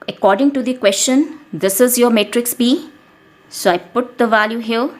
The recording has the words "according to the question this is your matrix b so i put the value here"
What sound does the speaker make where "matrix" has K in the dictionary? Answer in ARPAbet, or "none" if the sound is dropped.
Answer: K